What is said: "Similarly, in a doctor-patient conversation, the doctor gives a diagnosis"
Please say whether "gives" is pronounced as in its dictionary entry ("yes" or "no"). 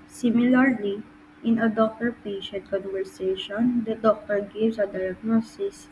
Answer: no